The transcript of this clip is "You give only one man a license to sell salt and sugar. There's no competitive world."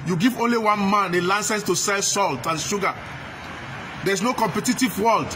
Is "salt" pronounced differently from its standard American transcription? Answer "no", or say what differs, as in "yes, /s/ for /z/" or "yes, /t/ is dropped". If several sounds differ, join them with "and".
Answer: no